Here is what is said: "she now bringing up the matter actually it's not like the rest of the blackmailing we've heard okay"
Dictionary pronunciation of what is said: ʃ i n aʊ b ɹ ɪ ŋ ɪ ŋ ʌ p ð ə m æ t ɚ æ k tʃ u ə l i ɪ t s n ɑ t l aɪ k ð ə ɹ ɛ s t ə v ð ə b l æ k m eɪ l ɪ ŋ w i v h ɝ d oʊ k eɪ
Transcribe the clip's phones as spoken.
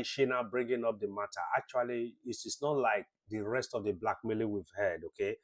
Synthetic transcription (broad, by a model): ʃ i n aʊ b ɹ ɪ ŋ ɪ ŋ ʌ p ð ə m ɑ t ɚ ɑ k tʃ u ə l i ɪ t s n ɑ t l aɪ k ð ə ɹ ɛ s t ə v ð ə b l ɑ k m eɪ l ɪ w i v h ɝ d oʊ k eɪ